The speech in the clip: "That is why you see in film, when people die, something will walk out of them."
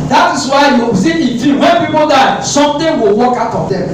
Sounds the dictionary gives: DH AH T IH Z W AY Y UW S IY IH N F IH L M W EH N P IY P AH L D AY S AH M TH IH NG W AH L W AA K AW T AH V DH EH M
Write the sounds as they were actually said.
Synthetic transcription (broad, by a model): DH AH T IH S W AY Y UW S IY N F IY W EH N P IY P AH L D AY S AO M T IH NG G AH W AA K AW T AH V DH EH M